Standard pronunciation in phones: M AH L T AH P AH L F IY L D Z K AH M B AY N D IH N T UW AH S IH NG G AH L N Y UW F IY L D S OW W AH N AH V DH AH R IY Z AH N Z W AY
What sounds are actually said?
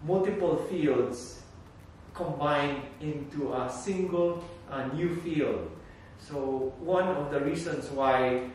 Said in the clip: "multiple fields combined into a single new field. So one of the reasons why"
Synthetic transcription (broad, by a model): M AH L T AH P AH L F IY L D S K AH M B AY N IH N T UW AH S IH NG G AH L N Y UW F IY L D S OW W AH N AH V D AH R IY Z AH N S W AY